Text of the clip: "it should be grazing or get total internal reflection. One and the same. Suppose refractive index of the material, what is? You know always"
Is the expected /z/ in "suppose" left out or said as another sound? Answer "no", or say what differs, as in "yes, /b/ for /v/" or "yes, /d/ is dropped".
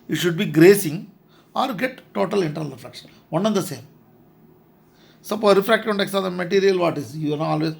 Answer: yes, /z/ is dropped